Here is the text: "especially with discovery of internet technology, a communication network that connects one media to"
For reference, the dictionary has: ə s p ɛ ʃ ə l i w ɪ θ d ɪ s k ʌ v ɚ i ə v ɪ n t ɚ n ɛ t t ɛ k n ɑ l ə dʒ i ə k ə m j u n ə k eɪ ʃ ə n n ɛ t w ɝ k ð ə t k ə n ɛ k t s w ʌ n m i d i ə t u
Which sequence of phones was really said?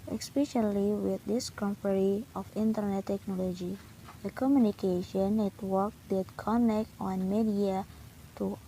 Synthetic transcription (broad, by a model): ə s p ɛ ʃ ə l i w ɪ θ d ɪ s k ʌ p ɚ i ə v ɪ n t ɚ n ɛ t t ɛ k n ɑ l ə dʒ i ə k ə m j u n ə k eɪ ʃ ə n n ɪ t w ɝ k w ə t k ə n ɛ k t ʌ n m i d i ə t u